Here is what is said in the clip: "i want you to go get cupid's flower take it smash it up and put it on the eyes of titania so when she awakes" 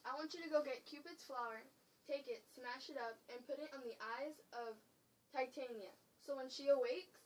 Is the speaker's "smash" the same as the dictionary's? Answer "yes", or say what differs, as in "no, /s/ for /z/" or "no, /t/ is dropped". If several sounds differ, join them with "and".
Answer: yes